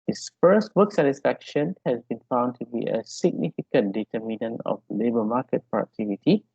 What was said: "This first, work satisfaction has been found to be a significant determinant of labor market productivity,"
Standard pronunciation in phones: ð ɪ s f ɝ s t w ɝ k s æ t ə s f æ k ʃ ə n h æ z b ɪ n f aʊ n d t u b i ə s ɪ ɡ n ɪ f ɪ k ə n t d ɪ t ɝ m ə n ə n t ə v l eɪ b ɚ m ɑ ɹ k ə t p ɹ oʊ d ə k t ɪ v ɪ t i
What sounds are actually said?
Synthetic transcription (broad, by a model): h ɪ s f ɝ s t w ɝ k s æ t ə s f æ k ʃ ə n h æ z b ɪ n f aʊ n d t u b i ə s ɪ ɡ n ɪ f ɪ k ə n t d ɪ t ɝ m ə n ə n ə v l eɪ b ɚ m ɑ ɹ k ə t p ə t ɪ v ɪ t i